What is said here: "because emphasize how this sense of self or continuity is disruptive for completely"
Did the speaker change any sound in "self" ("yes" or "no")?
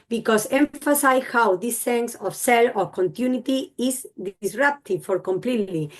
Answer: yes